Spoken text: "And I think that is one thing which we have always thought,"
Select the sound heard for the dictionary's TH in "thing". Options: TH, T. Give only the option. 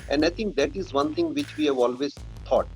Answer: T